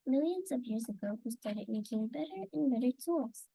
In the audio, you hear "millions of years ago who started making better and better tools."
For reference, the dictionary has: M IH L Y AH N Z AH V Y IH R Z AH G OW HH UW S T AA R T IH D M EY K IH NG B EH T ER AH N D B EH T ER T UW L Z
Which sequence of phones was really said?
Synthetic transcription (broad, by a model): M IH L Y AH N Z AH V Y IH R Z AH G OW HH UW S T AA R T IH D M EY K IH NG B EH T ER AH N B EH T ER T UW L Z